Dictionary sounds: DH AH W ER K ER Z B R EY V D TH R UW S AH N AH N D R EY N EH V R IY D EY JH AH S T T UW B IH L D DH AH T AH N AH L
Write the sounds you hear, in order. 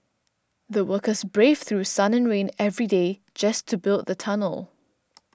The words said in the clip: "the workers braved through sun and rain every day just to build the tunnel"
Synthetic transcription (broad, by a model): DH AH W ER K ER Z B R EY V TH R UW S AH N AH N R EY N EH V R IY D EY JH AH S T T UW B IH L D DH AH T AH N AH L